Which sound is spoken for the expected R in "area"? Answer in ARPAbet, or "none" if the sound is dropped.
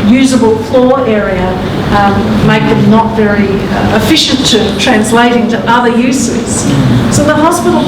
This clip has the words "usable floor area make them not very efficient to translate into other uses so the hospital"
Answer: R